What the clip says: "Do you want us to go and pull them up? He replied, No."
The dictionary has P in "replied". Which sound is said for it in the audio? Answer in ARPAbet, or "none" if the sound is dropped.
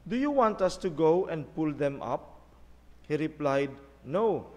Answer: P